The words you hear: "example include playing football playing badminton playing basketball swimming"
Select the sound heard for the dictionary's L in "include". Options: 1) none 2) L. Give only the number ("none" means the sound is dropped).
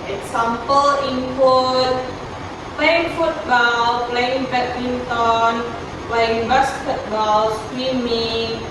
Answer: 1